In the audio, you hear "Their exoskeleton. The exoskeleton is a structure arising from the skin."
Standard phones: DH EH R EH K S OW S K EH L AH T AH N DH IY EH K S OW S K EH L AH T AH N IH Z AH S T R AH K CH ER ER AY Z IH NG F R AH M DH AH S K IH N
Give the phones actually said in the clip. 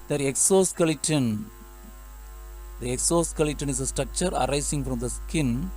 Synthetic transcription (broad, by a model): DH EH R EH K S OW S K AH L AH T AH N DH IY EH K S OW S K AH L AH T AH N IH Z AH S T R AH K CH ER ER AY S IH NG F R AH M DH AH S K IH N